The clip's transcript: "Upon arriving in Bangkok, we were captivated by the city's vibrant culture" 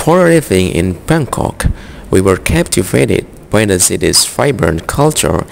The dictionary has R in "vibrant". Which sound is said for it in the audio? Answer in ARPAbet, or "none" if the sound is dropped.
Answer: none